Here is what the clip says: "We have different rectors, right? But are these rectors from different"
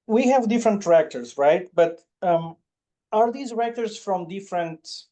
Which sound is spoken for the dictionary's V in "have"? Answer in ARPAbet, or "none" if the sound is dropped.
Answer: V